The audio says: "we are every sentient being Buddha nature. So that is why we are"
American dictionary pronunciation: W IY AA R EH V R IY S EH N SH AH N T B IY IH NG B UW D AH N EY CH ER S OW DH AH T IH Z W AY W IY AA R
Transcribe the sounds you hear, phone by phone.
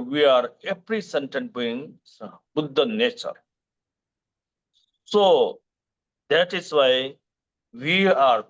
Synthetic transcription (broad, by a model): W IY AA R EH P R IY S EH N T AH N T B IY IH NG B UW D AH N EY CH ER S OW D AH T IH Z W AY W IY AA R